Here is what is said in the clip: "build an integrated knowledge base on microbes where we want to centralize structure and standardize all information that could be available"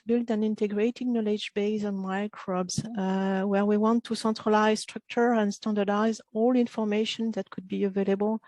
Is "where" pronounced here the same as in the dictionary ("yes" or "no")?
yes